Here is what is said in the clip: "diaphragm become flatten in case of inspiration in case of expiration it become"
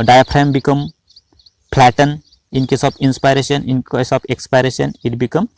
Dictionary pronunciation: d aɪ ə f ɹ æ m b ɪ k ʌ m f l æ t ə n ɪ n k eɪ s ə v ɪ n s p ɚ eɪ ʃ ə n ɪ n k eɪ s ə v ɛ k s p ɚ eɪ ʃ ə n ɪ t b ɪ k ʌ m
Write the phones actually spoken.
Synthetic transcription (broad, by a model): d aɪ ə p ɹ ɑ m b ɪ k ʌ m p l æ t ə n ɪ n k eɪ s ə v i n s p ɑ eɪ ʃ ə n ɪ n k eɪ s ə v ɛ k s p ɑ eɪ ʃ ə n ɪ t b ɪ k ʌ m